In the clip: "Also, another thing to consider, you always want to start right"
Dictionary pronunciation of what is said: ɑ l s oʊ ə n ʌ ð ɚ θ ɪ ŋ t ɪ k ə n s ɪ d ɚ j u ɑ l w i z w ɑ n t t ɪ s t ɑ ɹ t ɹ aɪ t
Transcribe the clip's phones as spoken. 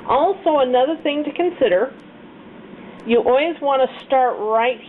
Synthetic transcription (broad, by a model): ɑ l s oʊ ə n ʌ ð ɚ θ ɪ ŋ t ɪ k ə n s ɪ d ɚ j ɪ ɑ l w i z w ɑ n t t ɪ s t ɑ ɹ t ɹ aɪ t